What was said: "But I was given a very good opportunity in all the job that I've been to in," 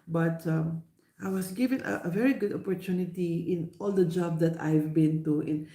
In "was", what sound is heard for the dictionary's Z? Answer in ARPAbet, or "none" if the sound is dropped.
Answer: S